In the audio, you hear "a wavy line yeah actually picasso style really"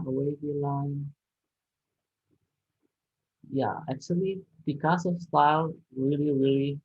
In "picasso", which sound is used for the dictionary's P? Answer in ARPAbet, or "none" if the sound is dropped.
B